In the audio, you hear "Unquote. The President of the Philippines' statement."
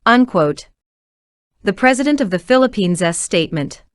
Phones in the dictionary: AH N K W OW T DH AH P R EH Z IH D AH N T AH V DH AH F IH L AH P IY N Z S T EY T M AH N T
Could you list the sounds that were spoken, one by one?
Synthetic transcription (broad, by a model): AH N K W OW T DH AH P R EH Z IH D AH N T AH V DH AH F IH L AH P IY N Z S T EY T M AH N T